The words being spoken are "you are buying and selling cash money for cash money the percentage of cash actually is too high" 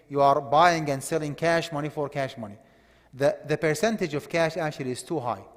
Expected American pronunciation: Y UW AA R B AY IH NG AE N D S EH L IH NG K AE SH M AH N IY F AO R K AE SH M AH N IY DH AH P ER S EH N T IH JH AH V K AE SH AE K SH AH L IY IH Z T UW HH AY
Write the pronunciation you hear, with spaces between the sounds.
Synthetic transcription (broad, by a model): Y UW AA R B AY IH NG AE N D S EH L IH NG K AE SH M AH N IY F AO R K AE SH M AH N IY DH AH P ER S EH N T IH JH AH V K AE SH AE K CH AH L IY IH Z T UW HH AY